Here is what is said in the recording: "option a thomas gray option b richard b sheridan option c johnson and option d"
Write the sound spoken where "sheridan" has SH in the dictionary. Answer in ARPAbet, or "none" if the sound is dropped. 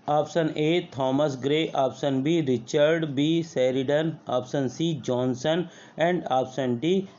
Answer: S